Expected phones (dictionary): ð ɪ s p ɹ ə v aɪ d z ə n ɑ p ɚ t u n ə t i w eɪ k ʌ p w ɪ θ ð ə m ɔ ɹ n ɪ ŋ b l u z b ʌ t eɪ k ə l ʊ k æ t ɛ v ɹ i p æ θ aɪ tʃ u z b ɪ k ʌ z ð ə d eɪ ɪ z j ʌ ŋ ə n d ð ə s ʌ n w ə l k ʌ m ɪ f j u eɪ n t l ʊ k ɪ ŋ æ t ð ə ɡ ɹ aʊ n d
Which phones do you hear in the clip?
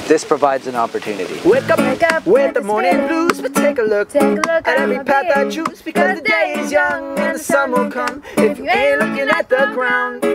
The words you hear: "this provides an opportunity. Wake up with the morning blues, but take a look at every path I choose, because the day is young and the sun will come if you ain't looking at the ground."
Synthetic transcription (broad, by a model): ð ɪ s p ɹ ə v aɪ d z ə n ɑ p ɚ t u n ə t i w eɪ k ʌ p w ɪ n ð ə m ɔ ɹ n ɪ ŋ b l u z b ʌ t eɪ k ə l ʊ k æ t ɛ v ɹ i p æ t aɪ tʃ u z b ɪ k ʌ z ð ə d eɪ ɪ z j ʌ ŋ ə n ð ə s ʌ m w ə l k ʌ m ɪ f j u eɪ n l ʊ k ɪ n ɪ t ð ə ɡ ɹ aʊ n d